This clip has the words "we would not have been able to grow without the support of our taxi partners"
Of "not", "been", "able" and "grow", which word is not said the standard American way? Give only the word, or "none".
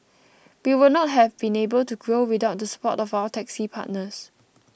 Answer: none